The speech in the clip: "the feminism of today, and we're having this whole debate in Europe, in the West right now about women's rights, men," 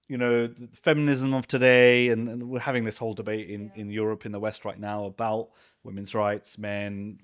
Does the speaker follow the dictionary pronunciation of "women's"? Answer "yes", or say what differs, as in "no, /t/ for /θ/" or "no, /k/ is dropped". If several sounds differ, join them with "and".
yes